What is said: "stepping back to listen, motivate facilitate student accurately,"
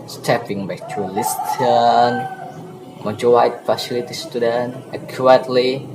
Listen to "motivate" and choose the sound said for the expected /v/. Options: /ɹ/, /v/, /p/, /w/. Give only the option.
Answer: /w/